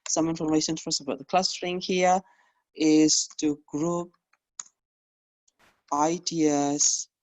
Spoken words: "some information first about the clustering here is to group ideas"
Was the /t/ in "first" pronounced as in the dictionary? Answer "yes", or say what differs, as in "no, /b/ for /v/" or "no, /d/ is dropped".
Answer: no, /t/ is dropped